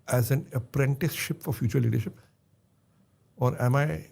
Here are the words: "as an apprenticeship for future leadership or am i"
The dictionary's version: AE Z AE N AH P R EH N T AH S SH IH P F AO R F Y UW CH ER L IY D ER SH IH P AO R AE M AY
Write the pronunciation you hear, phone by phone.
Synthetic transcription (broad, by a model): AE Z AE N AH P R EH N T AH S SH IH P F AO R F Y UW CH ER L IY D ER SH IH P AO R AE M AY